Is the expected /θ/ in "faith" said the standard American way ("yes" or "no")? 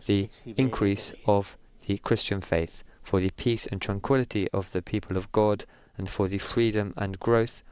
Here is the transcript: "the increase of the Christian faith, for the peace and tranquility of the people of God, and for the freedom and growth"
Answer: yes